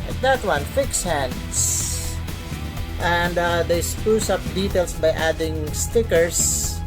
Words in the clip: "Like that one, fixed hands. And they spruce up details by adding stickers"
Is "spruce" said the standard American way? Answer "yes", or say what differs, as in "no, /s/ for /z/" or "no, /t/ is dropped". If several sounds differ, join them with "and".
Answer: no, /ɹ/ is dropped